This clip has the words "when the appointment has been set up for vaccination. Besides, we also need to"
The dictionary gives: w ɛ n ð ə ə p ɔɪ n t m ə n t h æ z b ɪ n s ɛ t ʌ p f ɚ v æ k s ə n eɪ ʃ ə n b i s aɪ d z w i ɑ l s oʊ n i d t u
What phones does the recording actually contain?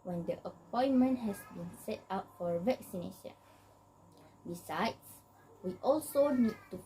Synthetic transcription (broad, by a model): w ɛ n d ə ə p ɔɪ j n m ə n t h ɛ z b ɪ n s ɛ t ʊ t f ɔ v æ k s ə n eɪ ʃ ə n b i s aɪ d s w i ɑ l s oʊ n i d t u